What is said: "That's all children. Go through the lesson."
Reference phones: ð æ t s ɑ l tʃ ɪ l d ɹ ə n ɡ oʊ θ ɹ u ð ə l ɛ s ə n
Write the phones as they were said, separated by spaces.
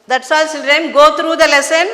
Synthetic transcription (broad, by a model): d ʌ t s ɑ l s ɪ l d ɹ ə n ɡ oʊ t ɹ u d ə l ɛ s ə n